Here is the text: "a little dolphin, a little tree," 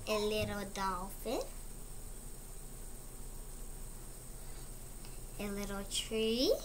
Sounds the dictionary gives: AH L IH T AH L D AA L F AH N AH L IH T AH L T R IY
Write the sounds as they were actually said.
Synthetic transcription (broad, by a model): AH L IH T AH D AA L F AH AH L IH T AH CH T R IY